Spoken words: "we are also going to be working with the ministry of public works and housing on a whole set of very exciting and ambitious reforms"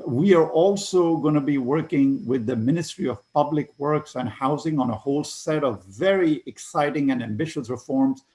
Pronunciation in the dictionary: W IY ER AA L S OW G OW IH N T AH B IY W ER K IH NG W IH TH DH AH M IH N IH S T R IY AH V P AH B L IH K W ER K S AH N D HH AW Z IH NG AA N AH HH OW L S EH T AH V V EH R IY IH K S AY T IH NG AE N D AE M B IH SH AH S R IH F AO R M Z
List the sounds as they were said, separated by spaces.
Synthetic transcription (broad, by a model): W IY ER AA L S OW G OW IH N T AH B IY W ER K IH NG W IH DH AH M IH N IH S T R IY AH V P AH B L IH K W ER K S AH N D HH AW Z IH NG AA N AH HH OW L S EH T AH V V EH R IY IH K S AY T IH NG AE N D AE M B IH SH AH S R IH F AO R M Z